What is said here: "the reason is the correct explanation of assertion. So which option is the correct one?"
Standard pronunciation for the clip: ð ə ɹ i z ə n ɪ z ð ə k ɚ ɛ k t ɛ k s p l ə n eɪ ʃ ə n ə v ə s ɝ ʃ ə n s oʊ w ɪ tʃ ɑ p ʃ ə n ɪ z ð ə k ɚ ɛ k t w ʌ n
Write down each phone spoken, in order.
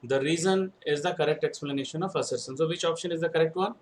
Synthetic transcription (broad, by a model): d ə ɹ i z ə n ɪ z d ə k ɚ ɛ k t ɛ k s p l ə n eɪ ʃ ə n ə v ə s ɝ s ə n s oʊ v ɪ tʃ ɑ p ʃ ə n ɪ z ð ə k ɚ ɛ k t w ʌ n